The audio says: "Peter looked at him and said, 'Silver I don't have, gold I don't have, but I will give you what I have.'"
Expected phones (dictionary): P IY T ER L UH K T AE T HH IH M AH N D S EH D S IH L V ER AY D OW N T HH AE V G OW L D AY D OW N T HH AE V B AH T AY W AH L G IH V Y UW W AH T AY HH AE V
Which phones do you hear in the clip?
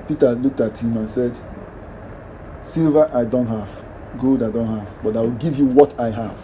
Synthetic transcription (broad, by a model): P IY T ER L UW K T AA T HH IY M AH N S EH D S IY L V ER AY D OW N T HH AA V G OW L D AY D OW N T HH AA V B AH T AY W AH L G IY V Y UW W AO T AY HH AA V